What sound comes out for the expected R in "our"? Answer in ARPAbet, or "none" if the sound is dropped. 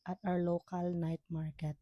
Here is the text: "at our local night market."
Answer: W